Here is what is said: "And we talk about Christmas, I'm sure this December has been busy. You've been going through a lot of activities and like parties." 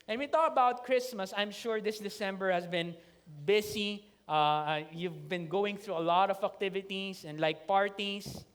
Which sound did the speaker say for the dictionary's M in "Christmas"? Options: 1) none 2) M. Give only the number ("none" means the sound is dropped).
2